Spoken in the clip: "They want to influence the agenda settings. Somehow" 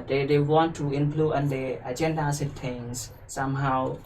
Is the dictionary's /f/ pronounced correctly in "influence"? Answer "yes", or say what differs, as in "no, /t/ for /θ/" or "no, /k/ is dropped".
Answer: no, /p/ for /f/